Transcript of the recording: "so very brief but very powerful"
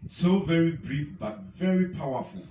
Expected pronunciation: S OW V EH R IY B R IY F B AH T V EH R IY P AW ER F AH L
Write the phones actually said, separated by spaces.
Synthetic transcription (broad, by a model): S OW V EH R IY B R IY F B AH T V EH R IY P AW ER F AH L